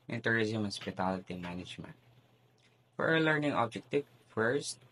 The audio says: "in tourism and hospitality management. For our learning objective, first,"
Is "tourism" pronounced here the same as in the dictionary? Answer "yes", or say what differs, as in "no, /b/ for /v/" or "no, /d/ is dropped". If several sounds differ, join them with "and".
yes